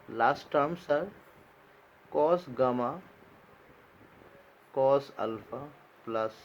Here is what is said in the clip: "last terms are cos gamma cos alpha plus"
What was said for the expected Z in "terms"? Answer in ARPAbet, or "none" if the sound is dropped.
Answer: S